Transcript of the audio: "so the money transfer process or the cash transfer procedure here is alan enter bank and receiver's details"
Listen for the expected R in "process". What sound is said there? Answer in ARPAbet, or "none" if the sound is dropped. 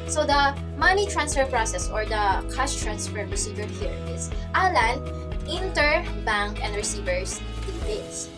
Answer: R